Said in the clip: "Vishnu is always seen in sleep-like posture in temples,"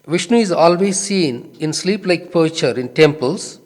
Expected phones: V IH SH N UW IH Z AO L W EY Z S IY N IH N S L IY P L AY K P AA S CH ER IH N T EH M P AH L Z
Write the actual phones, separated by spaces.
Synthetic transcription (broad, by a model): V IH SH N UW IH Z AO L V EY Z S IY N IH N S L IY P L AY K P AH CH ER IH N T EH M P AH L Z